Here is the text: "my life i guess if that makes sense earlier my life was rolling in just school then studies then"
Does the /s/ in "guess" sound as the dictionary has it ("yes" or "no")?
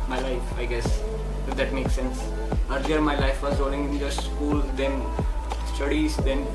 yes